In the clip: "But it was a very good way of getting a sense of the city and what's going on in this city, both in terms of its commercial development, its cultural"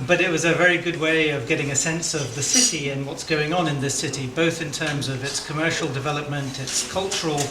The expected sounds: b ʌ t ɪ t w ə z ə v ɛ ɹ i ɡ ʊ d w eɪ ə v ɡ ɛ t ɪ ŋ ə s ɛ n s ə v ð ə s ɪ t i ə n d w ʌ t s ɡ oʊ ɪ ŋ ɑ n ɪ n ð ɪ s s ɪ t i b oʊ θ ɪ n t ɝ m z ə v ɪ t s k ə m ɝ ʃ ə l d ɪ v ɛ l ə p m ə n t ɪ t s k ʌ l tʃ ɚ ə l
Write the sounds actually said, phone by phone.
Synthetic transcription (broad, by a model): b ʌ t ɪ t w ə z ə v ɛ ɹ i ɡ ʊ d w eɪ ə v ɡ ɛ t ɪ ŋ ə s ɛ n s ə v ð ə s ɪ t i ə n w ʌ t s ɡ oʊ ɪ ŋ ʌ n ɪ n ð ɪ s s ɪ t i b oʊ θ ɪ n t ɝ m z ə v ɪ t s k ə m ɝ ʃ l d ɪ v ɛ l ə p m ə n t ɪ t s k ʌ l tʃ ɚ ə l